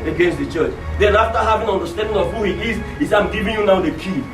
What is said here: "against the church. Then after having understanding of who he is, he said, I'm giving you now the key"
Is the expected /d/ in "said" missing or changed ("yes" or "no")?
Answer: yes